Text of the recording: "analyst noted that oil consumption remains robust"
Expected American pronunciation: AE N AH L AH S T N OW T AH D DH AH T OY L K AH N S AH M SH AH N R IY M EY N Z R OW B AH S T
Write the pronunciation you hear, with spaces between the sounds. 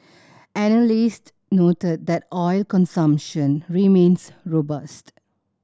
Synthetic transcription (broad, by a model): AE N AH L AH S T N OW T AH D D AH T OY L K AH N S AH M SH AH N R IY M EY N S R OW B AH S T